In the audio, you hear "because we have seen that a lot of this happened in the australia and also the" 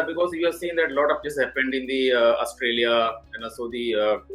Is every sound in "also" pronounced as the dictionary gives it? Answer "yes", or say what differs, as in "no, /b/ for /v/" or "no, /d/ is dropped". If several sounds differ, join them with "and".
no, /l/ is dropped